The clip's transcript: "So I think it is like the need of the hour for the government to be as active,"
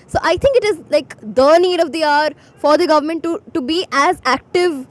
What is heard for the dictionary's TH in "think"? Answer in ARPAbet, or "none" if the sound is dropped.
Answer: T